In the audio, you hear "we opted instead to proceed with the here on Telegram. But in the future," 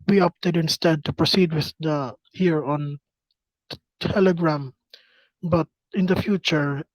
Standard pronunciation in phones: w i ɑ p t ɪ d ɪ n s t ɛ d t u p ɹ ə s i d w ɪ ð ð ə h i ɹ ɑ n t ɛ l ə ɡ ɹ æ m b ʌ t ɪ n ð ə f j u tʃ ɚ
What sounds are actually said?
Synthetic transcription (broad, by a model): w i ɑ p t ɪ d ɪ n s t ɛ d t u p ɹ ə s i d w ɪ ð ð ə h i ɹ ɑ n t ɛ l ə ɡ ɹ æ m b ʌ t ɪ n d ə f j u tʃ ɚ